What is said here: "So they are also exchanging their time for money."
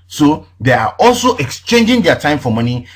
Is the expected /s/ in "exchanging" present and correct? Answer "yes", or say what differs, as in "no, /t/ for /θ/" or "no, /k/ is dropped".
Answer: yes